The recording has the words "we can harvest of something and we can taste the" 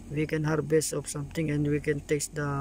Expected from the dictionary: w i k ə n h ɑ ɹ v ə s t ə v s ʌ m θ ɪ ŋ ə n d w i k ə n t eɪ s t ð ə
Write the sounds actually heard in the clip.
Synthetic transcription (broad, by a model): w i k ə n h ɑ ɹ b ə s ə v s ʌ m t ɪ ŋ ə n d w i k ə n t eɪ s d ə